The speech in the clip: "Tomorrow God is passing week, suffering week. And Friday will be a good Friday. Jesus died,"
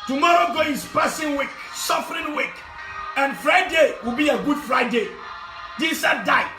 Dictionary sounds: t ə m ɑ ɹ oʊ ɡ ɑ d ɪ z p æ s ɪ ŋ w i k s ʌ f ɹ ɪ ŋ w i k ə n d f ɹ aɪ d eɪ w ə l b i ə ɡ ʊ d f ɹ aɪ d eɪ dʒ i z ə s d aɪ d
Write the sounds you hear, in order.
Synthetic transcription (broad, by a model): t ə m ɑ ɹ oʊ ɡ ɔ ɪ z p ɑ s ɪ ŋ w i k s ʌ f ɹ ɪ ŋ w i k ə n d f ɹ aɪ d eɪ w ə l b i ə ɡ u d f ɹ aɪ d eɪ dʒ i s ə d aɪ